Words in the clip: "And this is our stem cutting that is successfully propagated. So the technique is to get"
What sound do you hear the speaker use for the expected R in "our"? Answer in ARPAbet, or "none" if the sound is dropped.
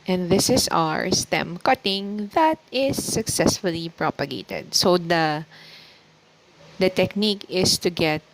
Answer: R